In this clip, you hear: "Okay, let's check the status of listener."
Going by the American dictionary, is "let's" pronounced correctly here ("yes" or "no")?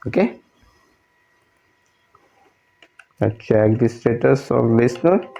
no